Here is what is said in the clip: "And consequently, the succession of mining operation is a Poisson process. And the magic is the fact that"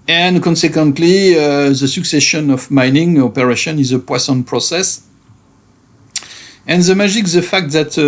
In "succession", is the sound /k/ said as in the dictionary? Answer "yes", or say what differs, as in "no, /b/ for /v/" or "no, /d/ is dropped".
yes